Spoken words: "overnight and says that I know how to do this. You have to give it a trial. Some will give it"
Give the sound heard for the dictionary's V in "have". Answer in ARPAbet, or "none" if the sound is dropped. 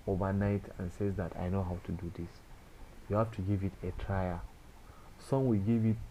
F